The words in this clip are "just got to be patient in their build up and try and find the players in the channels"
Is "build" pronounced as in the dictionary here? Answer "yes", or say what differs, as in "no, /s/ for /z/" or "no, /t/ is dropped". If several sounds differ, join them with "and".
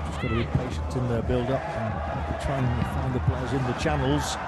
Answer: yes